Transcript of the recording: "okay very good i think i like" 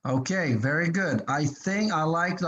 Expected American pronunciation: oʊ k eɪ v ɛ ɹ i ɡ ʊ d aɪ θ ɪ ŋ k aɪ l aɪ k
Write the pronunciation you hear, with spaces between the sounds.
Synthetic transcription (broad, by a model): oʊ k eɪ v ɛ ɹ i ɡ ʊ d aɪ θ ɪ ŋ k aɪ l aɪ k